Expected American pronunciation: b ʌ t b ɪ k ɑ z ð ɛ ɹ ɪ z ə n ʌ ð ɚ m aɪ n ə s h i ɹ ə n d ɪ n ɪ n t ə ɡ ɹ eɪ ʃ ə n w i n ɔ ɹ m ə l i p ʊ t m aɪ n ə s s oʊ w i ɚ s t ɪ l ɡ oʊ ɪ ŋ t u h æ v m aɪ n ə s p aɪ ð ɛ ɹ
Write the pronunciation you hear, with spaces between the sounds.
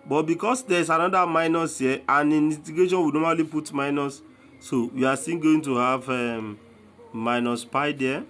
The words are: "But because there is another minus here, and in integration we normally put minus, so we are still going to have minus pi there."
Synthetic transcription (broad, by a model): b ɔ t b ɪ k ɑ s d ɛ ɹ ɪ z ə n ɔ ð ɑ m aɪ n ə s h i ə n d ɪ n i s t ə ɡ eɪ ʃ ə n w i n ɔ m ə l i p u t m aɪ n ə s s oʊ w i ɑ s t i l ɡ oʊ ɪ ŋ t u h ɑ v m aɪ n ə s p aɪ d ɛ